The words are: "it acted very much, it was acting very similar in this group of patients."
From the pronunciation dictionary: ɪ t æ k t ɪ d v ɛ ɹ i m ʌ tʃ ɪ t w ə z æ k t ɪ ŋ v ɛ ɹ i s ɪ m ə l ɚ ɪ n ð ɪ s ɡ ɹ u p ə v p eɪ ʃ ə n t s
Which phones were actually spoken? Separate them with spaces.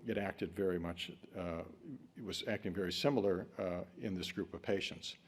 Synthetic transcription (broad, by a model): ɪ t æ k t ɪ d v ɛ ɹ i m ʌ tʃ ɪ t w ə z æ k t ɪ ŋ v ɛ ɹ i s ɪ m l ɚ ɪ n ð ɪ s ɡ ɹ u p ə v p eɪ ʃ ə n t s